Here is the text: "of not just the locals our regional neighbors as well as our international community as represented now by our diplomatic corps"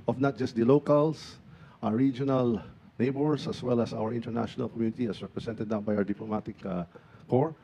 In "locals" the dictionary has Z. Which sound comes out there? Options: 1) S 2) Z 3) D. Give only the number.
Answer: 1